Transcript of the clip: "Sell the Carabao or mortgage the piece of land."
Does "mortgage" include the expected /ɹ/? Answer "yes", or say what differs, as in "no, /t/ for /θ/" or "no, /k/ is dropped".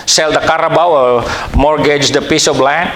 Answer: yes